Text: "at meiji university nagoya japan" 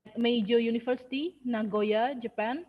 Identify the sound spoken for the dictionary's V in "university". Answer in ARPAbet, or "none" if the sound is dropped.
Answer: F